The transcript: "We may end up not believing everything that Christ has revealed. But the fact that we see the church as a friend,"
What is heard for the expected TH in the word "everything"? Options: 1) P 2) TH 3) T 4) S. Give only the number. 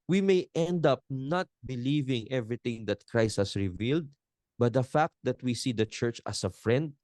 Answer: 3